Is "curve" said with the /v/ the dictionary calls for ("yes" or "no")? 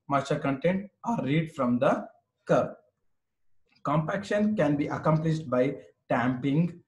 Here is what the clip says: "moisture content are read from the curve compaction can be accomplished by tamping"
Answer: no